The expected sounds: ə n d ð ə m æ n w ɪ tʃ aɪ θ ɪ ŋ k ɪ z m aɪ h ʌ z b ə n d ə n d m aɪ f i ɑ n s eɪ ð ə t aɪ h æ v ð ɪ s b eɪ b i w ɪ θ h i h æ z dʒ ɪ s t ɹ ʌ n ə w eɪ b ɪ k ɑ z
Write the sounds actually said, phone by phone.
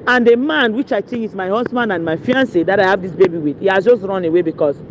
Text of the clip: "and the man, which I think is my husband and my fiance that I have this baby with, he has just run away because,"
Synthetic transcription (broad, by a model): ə n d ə m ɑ n w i tʃ aɪ t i k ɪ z m aɪ h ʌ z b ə n d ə n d m aɪ f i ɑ n s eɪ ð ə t aɪ h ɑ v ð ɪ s b eɪ b i w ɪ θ h i h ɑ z dʒ ɪ s t ɹ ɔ n ə w eɪ b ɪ k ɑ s